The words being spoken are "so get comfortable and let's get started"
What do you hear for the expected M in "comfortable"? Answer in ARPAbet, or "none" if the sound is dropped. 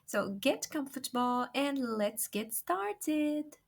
M